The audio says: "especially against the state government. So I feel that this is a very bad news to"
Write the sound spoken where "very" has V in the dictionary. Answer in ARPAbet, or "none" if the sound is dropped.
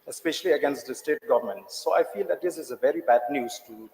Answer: V